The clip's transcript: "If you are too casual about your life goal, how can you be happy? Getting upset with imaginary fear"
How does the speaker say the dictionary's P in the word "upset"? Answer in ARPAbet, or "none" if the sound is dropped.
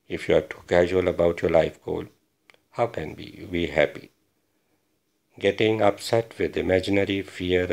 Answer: P